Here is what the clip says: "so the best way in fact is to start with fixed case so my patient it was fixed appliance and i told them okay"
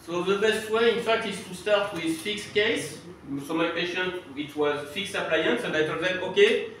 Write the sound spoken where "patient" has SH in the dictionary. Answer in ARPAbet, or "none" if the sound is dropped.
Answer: SH